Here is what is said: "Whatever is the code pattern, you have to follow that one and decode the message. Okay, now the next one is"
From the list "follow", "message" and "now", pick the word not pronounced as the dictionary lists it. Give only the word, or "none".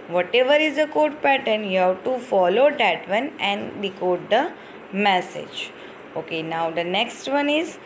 none